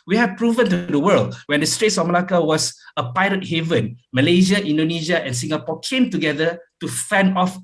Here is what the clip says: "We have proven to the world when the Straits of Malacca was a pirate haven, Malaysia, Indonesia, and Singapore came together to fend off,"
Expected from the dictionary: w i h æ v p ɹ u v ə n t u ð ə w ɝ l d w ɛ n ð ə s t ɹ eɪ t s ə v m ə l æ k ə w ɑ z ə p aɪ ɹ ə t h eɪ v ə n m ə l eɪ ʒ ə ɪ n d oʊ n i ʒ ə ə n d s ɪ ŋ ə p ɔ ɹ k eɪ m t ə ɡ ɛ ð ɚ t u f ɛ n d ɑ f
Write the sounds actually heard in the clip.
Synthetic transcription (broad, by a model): w i h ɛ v p ɹ u v ə n t u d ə w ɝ l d w ɛ n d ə s t ɹ eɪ t s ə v m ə l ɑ k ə w ɑ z ə p aɪ ɹ ə t h eɪ v ə n m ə l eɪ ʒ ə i n d oʊ n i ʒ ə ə n s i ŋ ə p ɔ k eɪ m t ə ɡ ɛ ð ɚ t u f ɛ n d ɑ f